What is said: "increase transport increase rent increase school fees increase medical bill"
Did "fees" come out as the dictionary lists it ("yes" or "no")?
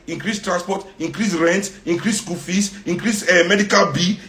no